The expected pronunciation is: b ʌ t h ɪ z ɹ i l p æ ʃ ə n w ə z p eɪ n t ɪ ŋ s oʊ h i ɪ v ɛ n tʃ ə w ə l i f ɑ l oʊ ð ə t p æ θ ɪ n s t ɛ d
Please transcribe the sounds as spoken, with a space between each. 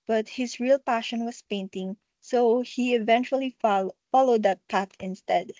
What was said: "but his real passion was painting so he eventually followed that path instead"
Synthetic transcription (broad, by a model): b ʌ t h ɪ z ɹ i l p æ ʃ ə n w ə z p eɪ n t ɪ ŋ s oʊ h i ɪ v ɛ n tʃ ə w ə l i f ɑ l oʊ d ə t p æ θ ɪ n s t ɛ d